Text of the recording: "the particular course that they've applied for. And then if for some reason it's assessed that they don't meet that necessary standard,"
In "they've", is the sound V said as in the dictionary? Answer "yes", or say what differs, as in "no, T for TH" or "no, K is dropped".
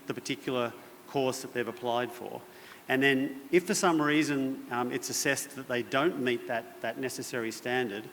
yes